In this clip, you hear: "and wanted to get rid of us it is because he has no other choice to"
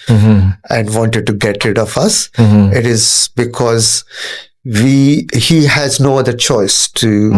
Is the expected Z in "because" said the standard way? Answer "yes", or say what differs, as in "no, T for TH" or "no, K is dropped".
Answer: yes